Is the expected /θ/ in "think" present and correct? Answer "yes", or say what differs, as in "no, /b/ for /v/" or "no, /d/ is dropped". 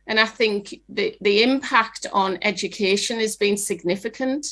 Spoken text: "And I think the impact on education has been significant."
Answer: yes